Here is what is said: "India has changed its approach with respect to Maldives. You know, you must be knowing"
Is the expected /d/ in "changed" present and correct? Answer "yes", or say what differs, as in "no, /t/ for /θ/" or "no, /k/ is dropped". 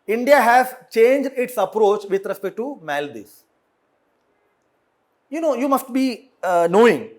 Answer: yes